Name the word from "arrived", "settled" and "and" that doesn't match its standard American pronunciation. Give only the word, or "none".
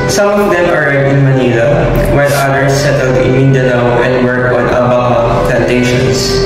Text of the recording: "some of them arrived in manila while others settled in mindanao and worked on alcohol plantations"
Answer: arrived